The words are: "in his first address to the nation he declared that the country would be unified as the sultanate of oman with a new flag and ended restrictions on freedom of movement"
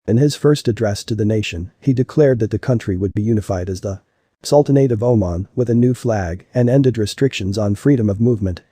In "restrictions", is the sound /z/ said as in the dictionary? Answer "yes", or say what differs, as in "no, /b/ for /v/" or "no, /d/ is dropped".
yes